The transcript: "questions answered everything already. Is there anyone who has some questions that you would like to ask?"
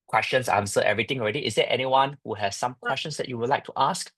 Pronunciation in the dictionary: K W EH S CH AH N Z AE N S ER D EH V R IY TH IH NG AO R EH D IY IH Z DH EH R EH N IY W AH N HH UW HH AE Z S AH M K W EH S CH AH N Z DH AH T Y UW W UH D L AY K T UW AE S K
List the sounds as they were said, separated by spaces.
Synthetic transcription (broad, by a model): K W EH S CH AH N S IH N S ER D EH V R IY T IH NG AO R EH D IY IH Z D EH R EH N IY W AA N HH UW HH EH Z S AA M K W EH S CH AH N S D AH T Y UW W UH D L AY K T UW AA S K